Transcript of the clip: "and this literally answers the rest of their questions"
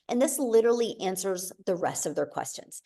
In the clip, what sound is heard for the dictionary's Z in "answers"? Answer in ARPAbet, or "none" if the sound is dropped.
Z